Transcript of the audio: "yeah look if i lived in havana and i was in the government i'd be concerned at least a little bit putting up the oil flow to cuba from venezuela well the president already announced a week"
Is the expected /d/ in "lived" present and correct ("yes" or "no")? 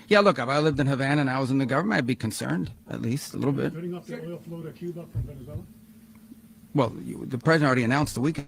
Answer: yes